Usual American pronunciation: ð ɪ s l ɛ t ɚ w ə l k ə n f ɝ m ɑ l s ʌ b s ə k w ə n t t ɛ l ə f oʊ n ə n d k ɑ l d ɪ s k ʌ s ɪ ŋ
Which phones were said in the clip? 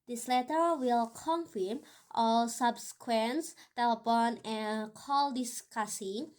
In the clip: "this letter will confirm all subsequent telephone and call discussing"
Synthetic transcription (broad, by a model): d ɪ s l ɛ t ɚ w ə l k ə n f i m ɑ l s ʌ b s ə k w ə n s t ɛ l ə p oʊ n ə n k ɑ l d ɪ s k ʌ s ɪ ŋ